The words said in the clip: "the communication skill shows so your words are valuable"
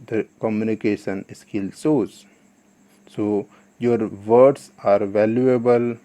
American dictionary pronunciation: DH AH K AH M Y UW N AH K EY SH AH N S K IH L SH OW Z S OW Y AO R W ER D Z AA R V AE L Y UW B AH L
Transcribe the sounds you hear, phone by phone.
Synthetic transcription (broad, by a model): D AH K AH M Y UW N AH K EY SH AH N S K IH L S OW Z S OW Y AO R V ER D S AA R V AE L Y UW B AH L